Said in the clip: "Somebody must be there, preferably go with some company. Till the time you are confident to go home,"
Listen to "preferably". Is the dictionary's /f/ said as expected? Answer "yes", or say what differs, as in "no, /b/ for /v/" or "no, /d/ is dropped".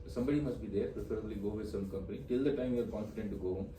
no, /p/ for /f/